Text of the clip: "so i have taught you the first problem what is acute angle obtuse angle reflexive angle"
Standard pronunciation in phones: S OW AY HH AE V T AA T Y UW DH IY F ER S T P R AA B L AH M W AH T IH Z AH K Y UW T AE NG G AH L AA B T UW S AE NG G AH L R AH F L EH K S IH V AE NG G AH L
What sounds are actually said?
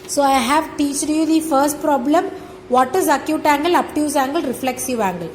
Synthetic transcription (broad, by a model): S OW AY HH AE V T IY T Y UW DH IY F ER S T P R AA B L AH M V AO T IH Z AH K Y UW T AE NG G AH L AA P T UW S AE NG G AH L R AH F L EH K S IH V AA NG G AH L